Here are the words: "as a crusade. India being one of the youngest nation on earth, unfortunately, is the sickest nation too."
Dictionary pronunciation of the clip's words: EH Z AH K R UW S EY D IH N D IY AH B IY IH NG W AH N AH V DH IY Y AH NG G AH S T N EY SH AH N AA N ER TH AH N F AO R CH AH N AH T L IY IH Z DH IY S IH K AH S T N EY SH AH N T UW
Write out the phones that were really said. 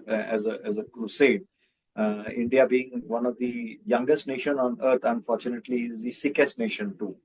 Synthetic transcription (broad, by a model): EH Z AH K R UW S EY D IH N D IY AH B IY IH NG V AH N AH V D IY Y AH NG G AH S T N EY SH AH N AA N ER T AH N F AO R CH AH N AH T L IY IH Z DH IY S IH K AH S T N EY SH AH N T UW